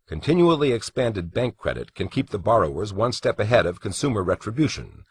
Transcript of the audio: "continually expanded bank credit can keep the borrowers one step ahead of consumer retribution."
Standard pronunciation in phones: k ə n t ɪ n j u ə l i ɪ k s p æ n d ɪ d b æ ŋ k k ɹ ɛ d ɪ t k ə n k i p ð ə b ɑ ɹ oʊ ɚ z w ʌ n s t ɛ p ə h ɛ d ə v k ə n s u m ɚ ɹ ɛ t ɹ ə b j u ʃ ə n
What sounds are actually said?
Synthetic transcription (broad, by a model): k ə n t ɪ n j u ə l i ɪ k s p æ n d ɪ d b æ ŋ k k ɹ ɛ d ɪ t k ə n k i p ð ə b ɑ ɹ oʊ ɚ z w ʌ n s t ɛ p ə h ɛ d ə v k ə n s u m ɚ ɹ ɛ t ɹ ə b j u ʃ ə n